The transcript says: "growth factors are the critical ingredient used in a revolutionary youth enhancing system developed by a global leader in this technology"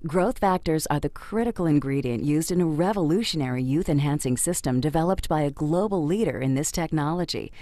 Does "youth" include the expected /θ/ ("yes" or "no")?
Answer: yes